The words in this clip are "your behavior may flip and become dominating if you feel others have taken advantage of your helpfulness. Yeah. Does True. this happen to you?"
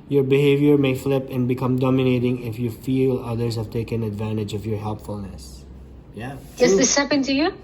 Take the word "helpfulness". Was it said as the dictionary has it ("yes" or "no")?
yes